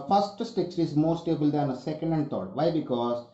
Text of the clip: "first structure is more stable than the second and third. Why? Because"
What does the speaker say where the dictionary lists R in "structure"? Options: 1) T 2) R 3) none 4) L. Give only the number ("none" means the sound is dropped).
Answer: 3